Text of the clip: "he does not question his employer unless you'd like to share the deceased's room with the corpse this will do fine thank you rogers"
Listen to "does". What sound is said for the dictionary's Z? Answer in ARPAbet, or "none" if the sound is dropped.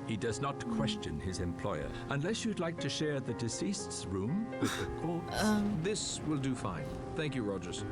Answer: Z